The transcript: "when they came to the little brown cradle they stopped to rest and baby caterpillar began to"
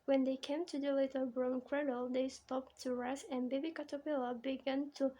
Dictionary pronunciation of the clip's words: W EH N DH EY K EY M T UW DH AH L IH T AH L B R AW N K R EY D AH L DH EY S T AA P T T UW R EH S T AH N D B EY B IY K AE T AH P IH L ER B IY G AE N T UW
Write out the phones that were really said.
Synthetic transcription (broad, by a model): W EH N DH EY K EY M T UW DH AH L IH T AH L B R AW N K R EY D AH L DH EY S T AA P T T UW R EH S AH N B EY B IY K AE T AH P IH L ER B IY G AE N T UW